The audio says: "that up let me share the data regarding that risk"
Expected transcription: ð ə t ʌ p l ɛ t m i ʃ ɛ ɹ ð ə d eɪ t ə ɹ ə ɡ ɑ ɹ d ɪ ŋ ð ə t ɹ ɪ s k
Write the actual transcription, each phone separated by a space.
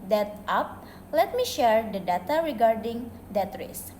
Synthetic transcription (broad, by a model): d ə t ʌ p l ɛ t m i ʃ ɛ ɹ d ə d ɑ t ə ɹ ə ɡ ɑ ɹ d ɪ ŋ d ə t ɹ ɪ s